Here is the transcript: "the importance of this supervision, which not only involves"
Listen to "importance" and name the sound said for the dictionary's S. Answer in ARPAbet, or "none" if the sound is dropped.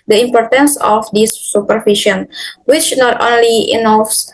S